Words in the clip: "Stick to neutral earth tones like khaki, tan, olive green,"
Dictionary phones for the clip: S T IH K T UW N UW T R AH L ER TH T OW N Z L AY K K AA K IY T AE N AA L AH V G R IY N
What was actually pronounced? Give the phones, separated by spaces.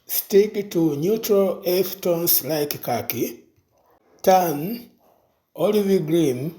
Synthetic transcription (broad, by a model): S T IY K T UW N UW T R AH L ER F T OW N S L AY K K AA K IY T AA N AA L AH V G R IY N